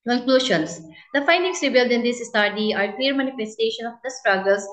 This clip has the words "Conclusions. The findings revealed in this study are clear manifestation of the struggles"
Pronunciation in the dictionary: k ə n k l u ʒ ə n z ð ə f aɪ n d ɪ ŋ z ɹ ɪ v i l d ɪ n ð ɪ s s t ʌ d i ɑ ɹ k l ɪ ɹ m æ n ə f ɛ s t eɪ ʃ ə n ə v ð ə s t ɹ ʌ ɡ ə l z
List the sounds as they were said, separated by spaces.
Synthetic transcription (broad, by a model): k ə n k l u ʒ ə n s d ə f aɪ n d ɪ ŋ s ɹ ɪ b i l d ɪ n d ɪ s s t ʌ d i ɑ ɹ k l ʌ ɹ m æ n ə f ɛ s t eɪ ʃ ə n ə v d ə s t ɹ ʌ ɡ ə l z